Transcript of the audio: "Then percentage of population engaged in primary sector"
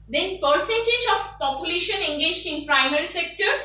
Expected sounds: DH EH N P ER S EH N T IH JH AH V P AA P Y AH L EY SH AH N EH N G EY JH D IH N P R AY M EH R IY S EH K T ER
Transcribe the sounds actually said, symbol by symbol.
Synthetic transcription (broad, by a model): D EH N P ER S EH N T IH JH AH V P AA P Y AH L EY SH AH N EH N G EY JH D IH N P R AY M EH R IY S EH K T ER